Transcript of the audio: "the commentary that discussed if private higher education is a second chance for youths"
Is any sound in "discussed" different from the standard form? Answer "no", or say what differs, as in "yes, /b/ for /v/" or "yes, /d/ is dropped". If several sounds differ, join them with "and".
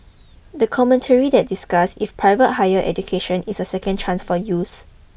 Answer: yes, /t/ is dropped